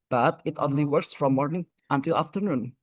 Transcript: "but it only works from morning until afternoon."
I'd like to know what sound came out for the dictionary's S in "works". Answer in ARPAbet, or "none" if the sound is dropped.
S